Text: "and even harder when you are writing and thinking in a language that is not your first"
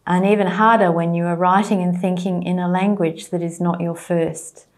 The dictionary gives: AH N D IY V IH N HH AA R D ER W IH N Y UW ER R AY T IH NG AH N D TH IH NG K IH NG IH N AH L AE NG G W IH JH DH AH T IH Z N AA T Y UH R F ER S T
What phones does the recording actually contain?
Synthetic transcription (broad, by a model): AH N IY V IH N HH AA R D ER W IH N Y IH ER R AY T IH NG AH N TH IH NG K IH NG IH N AH L AE NG G W IH JH DH AH T IH Z N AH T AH R F ER S T